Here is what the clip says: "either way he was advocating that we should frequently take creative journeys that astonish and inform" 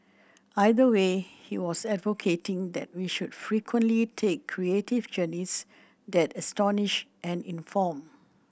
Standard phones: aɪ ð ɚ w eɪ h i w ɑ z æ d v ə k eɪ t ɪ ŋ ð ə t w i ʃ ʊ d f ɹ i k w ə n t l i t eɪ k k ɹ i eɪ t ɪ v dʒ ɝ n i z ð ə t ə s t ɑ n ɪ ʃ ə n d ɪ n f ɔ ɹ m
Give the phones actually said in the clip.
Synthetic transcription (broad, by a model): aɪ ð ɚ w eɪ h i w ɑ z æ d v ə k eɪ t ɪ ŋ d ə t w i ʃ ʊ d f ɹ i k w ə n t l i t eɪ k k ɹ i eɪ t ɪ v dʒ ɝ n i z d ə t ə s t ɑ n ɪ ʃ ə n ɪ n f ɔ m